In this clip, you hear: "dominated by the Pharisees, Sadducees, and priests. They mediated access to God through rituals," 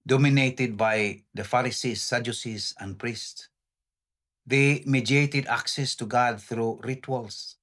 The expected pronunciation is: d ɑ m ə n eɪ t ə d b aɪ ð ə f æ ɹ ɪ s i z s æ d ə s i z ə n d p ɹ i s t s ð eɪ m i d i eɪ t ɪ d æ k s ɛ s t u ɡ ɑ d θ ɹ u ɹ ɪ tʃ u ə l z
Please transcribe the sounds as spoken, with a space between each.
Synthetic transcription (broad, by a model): d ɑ m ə n eɪ t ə d b aɪ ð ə f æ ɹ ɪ s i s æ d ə s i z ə n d p ɹ i s t s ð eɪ m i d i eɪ t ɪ d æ k s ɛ s t u ɡ ɑ d θ ɹ u ɹ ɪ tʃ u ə l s